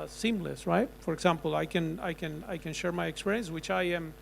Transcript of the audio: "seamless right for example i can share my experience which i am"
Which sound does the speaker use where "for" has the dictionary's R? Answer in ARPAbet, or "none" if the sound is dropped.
R